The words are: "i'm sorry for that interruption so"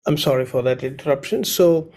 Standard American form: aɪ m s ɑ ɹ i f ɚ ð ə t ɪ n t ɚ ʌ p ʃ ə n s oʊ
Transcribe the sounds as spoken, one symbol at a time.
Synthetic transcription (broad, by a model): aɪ m s ɑ ɹ i f ɚ ð ə t ɪ n t ɚ ʌ p ʃ ə n s oʊ